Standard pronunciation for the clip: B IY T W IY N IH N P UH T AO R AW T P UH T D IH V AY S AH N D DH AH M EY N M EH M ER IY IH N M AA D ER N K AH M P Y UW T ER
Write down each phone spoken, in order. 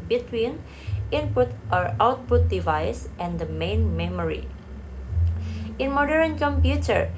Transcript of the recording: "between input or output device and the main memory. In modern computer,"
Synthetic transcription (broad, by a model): B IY T W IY N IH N P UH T AO R AW T P UH T D IH V AY S AH N D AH M EY N M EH M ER IY IH N M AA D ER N K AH M P Y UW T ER